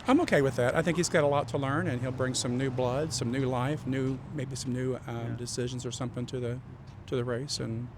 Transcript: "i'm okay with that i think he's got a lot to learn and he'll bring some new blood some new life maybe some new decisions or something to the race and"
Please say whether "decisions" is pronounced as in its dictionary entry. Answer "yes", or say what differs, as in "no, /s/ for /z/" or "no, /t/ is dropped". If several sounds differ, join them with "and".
yes